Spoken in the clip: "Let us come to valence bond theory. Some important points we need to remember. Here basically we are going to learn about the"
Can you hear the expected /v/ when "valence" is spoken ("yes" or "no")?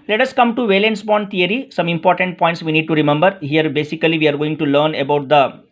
yes